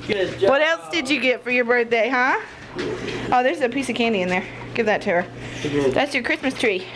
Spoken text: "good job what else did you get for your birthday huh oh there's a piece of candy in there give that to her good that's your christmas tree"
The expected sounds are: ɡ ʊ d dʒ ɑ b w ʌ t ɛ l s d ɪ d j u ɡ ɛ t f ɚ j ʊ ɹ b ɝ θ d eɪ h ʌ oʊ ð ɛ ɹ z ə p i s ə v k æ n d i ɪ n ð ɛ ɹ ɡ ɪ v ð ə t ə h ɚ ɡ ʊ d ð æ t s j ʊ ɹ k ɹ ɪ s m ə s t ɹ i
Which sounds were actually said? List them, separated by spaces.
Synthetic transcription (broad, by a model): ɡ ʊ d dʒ w ʌ t ɛ l s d ɪ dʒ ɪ ɡ ɛ t f ɚ j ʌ ɹ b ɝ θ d eɪ h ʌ oʊ ð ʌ ɹ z ə p i s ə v k æ n d i ɪ n ð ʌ ɹ ɡ ɪ v ð ə t ə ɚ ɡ ð æ t s j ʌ ɹ k ɹ ɪ s m ə s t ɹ i